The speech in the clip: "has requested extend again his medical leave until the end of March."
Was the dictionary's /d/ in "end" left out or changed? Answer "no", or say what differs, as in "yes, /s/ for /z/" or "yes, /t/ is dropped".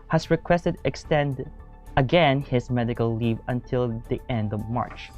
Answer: no